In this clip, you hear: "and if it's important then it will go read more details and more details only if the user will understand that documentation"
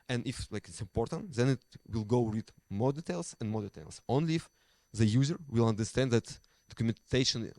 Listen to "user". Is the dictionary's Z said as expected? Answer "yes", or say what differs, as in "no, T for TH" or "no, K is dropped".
yes